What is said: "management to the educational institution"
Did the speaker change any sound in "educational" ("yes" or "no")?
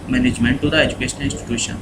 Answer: yes